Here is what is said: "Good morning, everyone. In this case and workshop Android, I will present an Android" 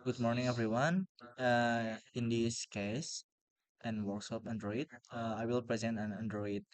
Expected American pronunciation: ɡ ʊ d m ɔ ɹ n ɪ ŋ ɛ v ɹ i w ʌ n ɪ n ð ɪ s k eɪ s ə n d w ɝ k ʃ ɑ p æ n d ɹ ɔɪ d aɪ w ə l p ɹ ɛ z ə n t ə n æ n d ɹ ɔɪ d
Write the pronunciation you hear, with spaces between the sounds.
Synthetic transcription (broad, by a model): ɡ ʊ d m ɔ ɹ n ɪ ŋ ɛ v ɹ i w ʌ n ɪ n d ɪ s k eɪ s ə n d w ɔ k s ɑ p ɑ n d ɹ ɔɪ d aɪ w ə l p ɹ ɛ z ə n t ə n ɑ n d ɹ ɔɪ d